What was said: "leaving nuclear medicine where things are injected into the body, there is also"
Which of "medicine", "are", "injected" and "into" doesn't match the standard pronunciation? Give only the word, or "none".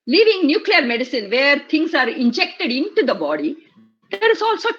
none